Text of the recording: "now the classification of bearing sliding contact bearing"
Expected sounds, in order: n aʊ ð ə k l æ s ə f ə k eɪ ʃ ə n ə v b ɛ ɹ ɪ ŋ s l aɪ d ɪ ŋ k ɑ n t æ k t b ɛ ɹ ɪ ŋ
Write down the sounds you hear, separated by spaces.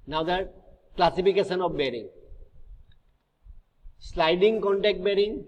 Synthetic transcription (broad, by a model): n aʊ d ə k l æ s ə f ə k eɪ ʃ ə n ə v b ɛ ɹ ɪ ŋ s l aɪ d ɪ ŋ k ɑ n t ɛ k t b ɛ ɹ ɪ ŋ